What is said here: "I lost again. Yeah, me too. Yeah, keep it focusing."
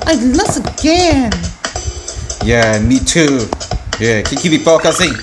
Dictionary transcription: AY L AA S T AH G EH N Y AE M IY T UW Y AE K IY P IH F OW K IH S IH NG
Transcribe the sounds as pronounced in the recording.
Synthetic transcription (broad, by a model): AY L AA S AH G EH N Y AE M IY T UW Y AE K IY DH IH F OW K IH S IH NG